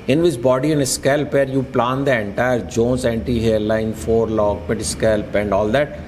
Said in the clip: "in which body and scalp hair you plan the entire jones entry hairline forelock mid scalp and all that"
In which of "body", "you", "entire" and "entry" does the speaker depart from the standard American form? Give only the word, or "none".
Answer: entry